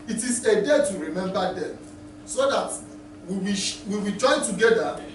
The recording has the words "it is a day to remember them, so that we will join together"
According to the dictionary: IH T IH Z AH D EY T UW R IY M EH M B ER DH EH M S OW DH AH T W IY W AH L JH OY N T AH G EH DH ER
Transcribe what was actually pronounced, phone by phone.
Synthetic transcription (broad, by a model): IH T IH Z AH D EY T UW R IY M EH M B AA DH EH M S OW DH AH T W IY W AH W JH OY N T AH G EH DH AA